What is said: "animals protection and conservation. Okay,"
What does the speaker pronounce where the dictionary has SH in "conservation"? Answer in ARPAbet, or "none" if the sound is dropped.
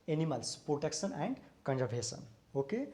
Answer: S